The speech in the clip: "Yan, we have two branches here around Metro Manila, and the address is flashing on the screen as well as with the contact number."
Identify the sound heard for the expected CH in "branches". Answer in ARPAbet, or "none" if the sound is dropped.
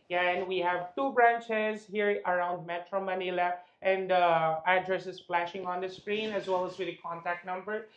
CH